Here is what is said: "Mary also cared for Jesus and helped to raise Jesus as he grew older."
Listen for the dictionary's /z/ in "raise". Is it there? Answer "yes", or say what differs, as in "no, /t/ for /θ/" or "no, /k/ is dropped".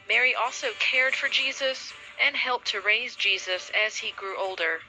yes